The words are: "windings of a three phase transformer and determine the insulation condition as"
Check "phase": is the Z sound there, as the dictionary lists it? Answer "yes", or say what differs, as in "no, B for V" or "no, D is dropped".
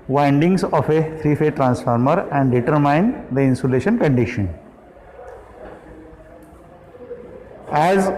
no, Z is dropped